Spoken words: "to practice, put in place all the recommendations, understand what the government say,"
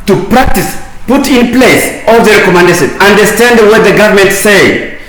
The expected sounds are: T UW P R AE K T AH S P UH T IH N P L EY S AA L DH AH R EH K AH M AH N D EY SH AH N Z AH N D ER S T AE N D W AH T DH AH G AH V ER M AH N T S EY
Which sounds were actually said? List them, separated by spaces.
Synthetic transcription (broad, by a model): T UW P R AE K T AH S P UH T IH N P L EY S AA L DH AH R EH K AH M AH N D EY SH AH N AH N D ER S T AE N D W AH T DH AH G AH V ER M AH N T S EY